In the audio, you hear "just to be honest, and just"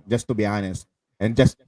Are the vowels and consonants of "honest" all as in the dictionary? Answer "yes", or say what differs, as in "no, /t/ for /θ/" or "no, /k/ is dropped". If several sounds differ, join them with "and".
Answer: yes